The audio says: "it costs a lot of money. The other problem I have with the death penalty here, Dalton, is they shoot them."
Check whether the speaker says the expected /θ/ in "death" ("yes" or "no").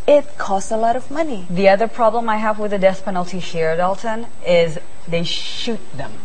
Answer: no